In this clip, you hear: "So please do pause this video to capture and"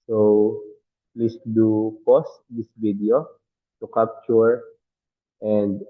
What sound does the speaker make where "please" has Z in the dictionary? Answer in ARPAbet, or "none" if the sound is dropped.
S